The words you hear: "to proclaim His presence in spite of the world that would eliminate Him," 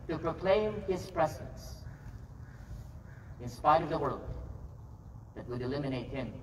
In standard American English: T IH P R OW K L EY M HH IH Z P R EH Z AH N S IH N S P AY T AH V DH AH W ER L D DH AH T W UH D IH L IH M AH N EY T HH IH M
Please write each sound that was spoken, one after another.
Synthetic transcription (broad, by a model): T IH P R OW K L EY M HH IH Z P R EH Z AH N S IH N S P AY T AH V DH AH W ER L D DH AH T W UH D IH L IH M AH N EY T HH IH M